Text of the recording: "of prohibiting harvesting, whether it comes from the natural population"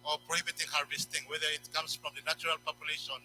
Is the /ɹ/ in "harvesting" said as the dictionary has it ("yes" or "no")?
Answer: yes